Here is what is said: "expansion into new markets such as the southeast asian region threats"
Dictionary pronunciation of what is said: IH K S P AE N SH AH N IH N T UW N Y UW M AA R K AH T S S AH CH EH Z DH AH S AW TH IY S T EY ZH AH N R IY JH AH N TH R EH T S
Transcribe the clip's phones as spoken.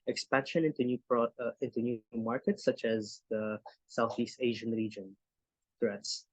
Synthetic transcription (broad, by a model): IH K S P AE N SH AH N IH N T UW N Y UW M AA R K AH T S S AH CH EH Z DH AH S AW TH IY S T EY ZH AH N R IY JH AH N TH R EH T S